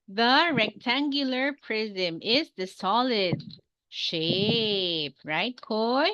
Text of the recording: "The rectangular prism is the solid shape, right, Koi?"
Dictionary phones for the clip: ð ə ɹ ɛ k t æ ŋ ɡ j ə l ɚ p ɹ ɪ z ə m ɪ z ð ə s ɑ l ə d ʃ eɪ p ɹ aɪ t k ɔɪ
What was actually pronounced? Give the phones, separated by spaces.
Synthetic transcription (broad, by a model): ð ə ɹ ɛ k t æ ŋ ɡ j ə l ɚ p ɹ ɪ z ə m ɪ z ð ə s ɑ l ə d ʃ eɪ p ɹ aɪ t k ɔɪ